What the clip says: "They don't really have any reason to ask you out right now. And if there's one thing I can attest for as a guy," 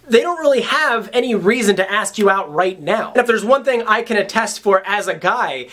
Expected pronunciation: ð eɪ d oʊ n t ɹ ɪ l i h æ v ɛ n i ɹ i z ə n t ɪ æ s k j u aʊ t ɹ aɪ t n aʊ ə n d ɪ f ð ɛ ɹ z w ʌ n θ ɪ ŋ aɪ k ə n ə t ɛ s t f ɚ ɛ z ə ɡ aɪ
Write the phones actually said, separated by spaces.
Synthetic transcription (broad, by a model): ð eɪ d oʊ n t ɹ ɪ l i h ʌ v ɛ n i ɹ i z ə n t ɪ æ s k j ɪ aʊ t ɹ aɪ t n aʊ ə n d ɪ f ð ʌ ɹ z w ʌ n θ ɪ ŋ aɪ k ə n ə t ɛ s t f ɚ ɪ z ə ɡ aɪ